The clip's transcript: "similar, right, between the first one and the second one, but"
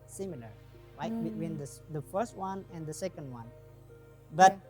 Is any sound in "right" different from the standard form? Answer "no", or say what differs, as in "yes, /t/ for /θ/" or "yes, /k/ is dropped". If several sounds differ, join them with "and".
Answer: yes, /l/ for /ɹ/